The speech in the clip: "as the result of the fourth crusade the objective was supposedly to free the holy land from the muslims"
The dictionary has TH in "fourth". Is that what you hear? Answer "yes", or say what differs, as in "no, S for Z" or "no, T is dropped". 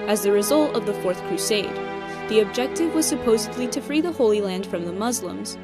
yes